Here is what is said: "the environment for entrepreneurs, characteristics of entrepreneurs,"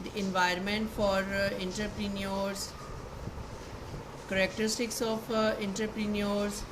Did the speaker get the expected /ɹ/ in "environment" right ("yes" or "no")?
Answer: yes